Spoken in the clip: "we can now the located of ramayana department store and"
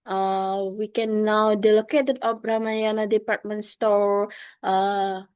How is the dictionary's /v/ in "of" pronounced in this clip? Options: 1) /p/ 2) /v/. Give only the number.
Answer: 1